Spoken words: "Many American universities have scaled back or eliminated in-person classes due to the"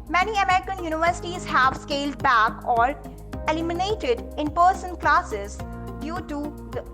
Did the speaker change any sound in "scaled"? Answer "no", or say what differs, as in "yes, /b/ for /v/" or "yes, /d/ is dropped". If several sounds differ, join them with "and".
no